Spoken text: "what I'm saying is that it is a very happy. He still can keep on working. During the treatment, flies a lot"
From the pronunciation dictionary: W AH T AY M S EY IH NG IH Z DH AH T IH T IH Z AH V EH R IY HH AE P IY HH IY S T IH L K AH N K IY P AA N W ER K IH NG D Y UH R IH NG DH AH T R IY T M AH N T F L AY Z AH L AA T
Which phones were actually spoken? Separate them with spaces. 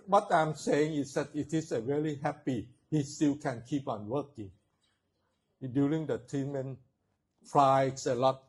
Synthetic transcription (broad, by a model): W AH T AY M S EY IH NG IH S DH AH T IH T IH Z AH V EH L IY HH AE P IY HH IY S T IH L K AH N K IY P AA N W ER K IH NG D Y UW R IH NG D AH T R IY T M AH N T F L AY S AH L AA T